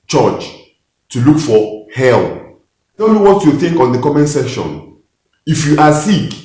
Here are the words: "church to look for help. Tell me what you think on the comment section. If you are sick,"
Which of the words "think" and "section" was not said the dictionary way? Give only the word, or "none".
section